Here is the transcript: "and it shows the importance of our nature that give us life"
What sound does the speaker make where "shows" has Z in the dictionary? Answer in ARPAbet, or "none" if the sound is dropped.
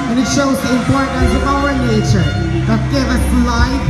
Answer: Z